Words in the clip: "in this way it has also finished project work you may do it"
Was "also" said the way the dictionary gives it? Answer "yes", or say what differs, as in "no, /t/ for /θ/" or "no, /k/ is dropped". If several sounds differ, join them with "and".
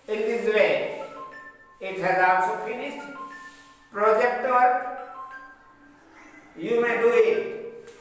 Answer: no, /l/ is dropped